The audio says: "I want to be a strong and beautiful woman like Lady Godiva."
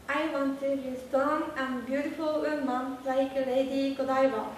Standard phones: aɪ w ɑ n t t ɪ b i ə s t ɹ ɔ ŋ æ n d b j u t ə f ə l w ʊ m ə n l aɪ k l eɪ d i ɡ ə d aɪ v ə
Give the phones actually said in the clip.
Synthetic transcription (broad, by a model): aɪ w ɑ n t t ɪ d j ə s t ɔ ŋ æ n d b j u t ə f ə l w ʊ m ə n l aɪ k l eɪ d i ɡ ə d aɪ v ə